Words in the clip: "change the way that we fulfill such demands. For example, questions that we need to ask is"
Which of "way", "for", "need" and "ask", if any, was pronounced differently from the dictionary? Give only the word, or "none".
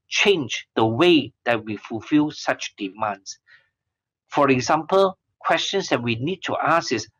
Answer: ask